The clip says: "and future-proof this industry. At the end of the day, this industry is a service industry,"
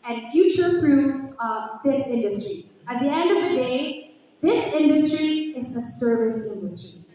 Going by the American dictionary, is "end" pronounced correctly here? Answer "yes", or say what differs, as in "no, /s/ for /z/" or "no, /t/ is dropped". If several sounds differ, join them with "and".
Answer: yes